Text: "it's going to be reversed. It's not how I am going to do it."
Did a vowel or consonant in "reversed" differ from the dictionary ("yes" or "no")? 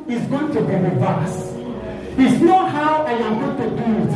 yes